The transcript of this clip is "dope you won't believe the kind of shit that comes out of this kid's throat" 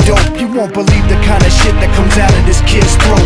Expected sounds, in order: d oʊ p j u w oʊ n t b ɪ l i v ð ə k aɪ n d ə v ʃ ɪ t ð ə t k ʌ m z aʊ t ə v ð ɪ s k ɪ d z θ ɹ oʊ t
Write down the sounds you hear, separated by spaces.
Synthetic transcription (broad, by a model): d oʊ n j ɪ w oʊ n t b ɪ l i v ð ə k aɪ n d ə ʃ ɪ t ð ə t k ʌ m z aʊ t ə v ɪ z k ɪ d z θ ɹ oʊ